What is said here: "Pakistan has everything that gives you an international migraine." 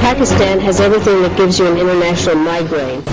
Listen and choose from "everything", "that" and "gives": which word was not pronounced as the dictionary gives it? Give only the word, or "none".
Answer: none